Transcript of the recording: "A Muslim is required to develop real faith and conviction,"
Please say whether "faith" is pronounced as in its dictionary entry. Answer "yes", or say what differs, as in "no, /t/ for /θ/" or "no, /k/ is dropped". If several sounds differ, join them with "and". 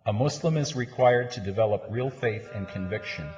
yes